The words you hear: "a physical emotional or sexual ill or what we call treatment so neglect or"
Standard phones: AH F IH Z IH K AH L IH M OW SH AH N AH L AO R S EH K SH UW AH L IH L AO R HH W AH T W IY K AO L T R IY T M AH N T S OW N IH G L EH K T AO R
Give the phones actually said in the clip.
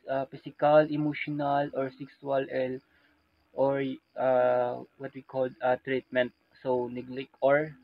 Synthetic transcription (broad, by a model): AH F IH S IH K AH L IH M OW SH AH N AH L AO R S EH K S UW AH L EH L AO R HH W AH T W IY K AO L T R IY T M AH N T S OW N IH G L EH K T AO R